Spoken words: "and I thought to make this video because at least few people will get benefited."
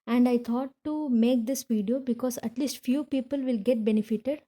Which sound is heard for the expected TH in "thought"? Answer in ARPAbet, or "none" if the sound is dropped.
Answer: T